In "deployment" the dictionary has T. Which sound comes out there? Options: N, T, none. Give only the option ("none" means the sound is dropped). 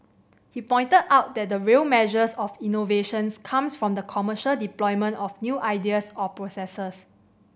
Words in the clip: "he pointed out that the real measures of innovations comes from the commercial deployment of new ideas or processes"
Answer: T